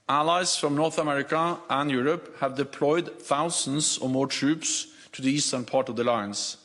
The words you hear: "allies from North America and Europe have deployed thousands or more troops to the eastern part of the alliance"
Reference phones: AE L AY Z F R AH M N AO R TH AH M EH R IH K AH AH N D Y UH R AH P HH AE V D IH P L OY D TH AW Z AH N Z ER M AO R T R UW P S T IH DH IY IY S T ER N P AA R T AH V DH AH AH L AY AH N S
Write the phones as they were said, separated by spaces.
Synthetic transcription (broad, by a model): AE L AY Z F R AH M N AO R TH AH M EH R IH K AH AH N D Y UH R AH P HH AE V D IH P L OY D TH AW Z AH N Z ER M AO R T R UW P S T IH DH IY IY S T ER N P AA R T AH V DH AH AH L AY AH N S